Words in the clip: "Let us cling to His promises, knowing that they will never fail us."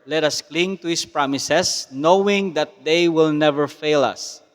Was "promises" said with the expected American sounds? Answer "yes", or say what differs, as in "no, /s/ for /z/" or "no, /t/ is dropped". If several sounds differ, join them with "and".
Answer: no, /s/ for /z/